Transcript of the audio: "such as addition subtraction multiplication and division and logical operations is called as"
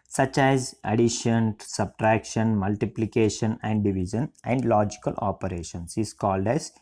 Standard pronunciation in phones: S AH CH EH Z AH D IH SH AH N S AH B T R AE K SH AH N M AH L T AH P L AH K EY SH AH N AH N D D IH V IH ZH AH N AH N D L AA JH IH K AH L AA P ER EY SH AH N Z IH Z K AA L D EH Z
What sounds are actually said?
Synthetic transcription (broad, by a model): S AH CH EH Z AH D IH SH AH N S AH B T R AE K SH AH N M AH L T AH P L AH K EY SH AH N AH N D D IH V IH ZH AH N AH N D L AA JH IH K AH L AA P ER EY SH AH N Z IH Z K AA L D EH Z